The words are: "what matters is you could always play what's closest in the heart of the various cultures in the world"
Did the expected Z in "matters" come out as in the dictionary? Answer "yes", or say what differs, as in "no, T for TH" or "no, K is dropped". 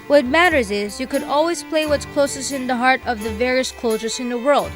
yes